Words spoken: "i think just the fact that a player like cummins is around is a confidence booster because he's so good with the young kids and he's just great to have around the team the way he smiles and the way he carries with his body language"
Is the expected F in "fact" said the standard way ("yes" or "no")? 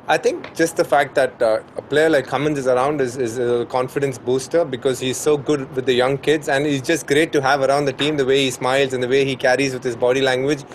yes